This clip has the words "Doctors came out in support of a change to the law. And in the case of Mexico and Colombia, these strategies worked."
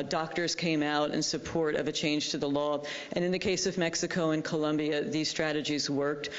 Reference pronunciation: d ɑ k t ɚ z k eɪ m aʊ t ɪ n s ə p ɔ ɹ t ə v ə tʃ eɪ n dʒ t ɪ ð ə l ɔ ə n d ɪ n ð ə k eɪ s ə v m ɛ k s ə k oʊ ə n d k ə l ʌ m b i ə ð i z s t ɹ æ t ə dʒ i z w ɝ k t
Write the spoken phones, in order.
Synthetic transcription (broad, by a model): d ɑ k t ɚ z k eɪ m aʊ t ɪ n s ə p ɔ ɹ t ə v ə tʃ eɪ n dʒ t ɪ ð ə l ɔ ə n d ɪ n ð ə k eɪ s ə v m ɛ k s ə k oʊ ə n k ə l ʌ m b i ə ð i z s t ɹ æ t ə dʒ i z w ɝ k t